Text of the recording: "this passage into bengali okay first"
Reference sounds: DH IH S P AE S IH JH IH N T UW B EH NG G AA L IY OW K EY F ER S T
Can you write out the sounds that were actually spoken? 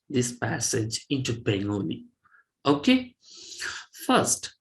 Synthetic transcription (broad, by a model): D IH S P AE S IH JH IH N T UW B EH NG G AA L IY OW K EY F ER S T